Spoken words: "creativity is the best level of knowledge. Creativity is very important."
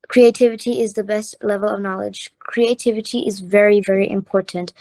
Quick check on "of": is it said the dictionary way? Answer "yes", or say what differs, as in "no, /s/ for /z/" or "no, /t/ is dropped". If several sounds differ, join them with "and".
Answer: yes